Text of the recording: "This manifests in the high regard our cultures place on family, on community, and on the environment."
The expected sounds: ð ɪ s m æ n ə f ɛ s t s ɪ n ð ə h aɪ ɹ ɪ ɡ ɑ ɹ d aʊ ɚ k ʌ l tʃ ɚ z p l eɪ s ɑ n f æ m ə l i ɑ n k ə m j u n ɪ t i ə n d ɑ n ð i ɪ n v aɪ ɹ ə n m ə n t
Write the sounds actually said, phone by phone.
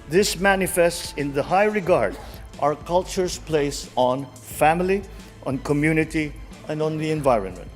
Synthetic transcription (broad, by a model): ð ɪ s m æ n ə f ɛ s t s ɪ n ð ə h aɪ ɹ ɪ ɡ ɑ ɹ d aʊ ɚ k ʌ l tʃ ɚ s p l eɪ s ɑ n f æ m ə l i ɑ n k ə m j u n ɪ t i ə n d ɑ n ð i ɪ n v aɪ ɹ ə n m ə n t